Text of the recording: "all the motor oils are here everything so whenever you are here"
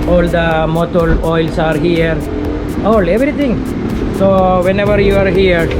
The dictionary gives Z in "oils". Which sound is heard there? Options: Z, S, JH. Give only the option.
S